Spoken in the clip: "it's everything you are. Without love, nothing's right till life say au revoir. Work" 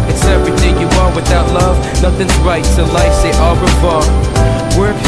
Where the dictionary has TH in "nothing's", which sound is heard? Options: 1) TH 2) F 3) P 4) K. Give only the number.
1